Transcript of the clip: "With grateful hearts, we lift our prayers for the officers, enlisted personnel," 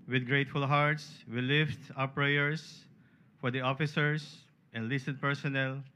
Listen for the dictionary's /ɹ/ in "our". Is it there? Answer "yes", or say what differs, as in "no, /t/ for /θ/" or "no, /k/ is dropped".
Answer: no, /w/ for /ɹ/